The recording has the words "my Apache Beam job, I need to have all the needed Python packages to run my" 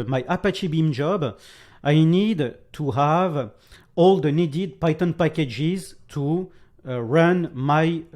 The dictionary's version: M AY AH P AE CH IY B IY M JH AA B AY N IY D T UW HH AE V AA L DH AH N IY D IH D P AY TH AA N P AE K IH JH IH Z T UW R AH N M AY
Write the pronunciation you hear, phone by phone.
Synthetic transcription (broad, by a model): M AY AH P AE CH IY B IY M JH AA B AY N IY D T UW HH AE V AA L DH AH N IY D IH D P AY T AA N P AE K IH JH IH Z T UW R AH N M AY